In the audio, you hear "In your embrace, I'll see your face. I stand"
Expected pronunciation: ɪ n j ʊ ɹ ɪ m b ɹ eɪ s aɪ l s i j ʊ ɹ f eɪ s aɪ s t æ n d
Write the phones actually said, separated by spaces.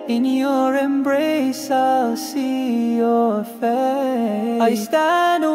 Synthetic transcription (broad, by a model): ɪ n j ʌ ɹ ɪ m b ɹ eɪ s aɪ l s i j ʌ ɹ f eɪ aɪ s t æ n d